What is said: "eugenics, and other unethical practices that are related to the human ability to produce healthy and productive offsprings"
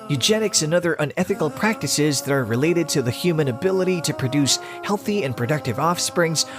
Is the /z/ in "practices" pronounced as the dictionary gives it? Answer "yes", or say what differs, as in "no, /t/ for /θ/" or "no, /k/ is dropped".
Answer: yes